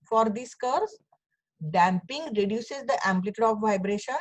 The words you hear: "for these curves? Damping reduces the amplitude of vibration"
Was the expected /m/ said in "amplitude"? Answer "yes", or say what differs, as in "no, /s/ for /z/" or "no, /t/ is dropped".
yes